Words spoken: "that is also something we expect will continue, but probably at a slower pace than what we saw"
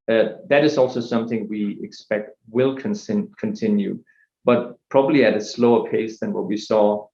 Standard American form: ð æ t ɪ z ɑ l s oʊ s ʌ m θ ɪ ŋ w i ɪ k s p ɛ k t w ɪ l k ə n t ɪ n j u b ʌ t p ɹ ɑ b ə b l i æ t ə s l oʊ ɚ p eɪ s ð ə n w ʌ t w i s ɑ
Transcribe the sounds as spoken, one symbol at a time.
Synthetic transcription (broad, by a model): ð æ t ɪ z ɑ l s oʊ s ʌ m θ ɪ ŋ w i ɪ k s p ɛ k t w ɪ l k ə n t ɪ n j u b ʌ t p ɹ ɑ b ə b l i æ t ə s l oʊ ɚ p eɪ s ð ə n w ʌ t w i s ɑ